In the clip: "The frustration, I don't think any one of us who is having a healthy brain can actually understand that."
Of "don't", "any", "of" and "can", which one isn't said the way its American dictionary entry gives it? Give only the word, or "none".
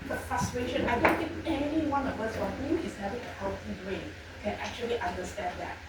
of